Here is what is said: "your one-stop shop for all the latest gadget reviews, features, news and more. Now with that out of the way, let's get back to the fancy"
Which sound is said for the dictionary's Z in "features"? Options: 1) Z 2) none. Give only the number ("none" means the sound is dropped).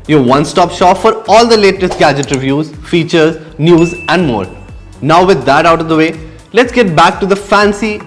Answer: 1